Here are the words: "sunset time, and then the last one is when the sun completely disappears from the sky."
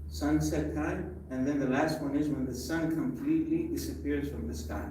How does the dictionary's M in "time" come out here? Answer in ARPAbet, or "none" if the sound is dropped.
none